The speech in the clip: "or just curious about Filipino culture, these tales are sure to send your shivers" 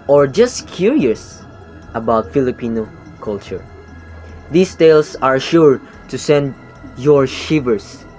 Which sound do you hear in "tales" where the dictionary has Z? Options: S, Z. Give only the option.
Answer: S